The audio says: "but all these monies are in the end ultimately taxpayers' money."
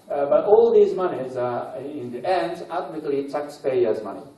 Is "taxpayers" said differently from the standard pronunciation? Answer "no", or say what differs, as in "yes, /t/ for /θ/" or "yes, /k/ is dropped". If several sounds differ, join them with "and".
yes, /s/ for /t/